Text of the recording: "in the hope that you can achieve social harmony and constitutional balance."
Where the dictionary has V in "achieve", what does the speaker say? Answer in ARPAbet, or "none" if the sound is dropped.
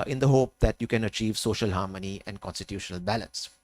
V